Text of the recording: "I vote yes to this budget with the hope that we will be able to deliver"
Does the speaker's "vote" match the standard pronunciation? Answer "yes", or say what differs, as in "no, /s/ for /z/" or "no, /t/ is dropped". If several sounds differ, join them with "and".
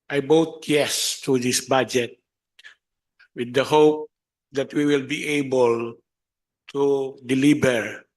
no, /b/ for /v/